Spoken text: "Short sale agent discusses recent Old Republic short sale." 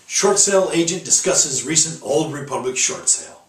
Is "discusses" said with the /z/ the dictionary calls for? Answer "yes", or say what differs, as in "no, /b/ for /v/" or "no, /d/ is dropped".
yes